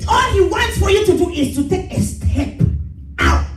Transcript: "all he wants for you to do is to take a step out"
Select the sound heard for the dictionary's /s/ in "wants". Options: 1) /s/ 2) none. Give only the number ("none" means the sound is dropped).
1